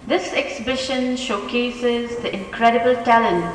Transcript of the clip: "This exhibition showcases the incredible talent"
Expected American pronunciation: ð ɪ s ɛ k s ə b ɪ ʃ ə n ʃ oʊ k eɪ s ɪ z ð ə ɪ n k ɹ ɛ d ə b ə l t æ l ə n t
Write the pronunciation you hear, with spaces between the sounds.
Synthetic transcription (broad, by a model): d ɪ s ɛ k s ə b ɪ ʃ ə n ʃ oʊ k eɪ s ɪ z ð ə ɪ n k ɹ ɛ d ə b ə l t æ l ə n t